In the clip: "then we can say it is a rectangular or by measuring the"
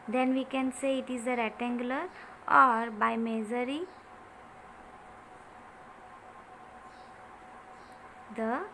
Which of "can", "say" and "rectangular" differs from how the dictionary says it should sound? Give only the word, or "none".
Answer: rectangular